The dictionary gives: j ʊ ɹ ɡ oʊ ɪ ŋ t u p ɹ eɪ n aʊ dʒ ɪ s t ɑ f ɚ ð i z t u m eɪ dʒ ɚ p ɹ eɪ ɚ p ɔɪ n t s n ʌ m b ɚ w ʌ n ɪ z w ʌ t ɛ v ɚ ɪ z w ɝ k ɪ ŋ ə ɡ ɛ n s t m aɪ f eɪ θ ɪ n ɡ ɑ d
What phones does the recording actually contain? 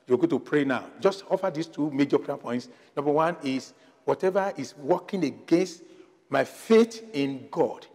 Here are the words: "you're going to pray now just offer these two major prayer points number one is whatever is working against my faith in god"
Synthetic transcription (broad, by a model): j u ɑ ɡ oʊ t u p ɹ eɪ n aʊ dʒ ɪ s t ɑ f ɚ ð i s t u m eɪ dʒ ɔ p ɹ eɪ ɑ p ɔɪ n t s n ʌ m b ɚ w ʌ n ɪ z w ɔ t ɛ v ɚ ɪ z w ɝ k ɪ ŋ ə ɡ ɛ n s t m aɪ f eɪ t ɪ n ɡ ɑ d